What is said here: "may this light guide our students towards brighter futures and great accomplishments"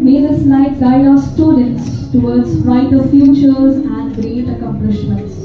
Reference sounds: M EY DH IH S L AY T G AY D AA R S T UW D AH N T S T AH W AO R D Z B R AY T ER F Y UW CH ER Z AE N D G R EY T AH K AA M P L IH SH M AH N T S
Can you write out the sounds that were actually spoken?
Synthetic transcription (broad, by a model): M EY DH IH S N AY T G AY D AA S T UW D AH N T S T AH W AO R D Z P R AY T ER F Y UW CH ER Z AE N D G R EY T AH K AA M P L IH SH M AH N T S